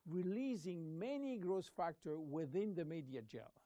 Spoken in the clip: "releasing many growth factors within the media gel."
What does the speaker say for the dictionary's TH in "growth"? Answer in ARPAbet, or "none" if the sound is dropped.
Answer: S